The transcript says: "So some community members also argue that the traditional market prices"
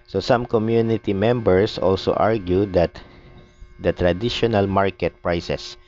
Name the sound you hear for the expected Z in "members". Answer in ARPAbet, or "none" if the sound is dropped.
S